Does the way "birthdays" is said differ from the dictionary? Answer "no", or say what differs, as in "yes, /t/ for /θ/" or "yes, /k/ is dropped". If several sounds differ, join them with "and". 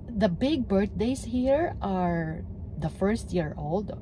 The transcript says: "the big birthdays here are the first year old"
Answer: yes, /s/ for /z/